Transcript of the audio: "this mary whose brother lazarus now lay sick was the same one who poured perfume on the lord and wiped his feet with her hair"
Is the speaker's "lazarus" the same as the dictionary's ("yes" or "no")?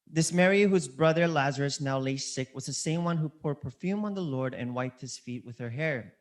yes